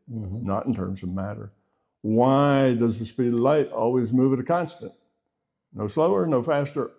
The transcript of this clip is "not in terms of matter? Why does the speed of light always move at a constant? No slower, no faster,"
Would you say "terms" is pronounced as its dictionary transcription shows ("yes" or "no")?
yes